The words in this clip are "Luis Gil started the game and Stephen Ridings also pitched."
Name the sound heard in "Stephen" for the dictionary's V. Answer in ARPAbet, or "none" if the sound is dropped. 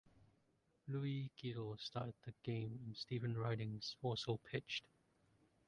V